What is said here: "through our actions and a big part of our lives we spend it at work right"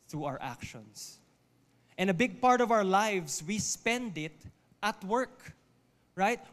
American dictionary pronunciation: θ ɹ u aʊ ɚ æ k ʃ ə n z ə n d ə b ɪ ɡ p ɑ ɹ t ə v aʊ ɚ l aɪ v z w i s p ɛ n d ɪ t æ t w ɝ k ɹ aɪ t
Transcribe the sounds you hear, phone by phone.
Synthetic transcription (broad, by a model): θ ɹ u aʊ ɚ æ k ʃ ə n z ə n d ə b ɪ ɡ p ɑ ɹ t ə v aʊ ɚ l aɪ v s w i s p ɛ n d ɪ t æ t w ɝ k ɹ aɪ t